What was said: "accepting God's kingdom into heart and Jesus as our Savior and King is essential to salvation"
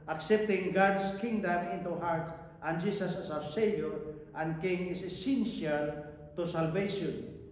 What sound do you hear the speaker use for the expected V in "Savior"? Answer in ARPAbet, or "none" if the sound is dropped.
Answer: none